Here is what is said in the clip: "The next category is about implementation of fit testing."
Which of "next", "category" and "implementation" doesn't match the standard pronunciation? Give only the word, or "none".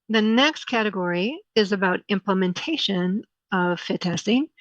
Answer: none